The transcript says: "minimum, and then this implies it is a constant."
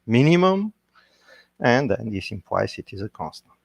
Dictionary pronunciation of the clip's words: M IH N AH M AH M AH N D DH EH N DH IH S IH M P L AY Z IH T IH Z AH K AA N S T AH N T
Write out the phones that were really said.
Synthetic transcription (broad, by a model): M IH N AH M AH M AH N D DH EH N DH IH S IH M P W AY S IH T IH Z AH K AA N S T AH N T